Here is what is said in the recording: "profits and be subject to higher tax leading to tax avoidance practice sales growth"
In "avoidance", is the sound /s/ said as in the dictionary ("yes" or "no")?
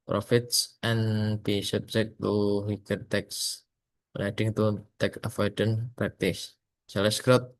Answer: no